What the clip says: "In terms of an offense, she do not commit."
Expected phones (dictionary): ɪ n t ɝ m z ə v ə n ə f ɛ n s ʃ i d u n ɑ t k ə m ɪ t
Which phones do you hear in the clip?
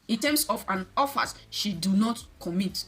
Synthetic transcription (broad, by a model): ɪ n t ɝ m s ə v ə n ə f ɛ s ʃ i d u n ɑ t k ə m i t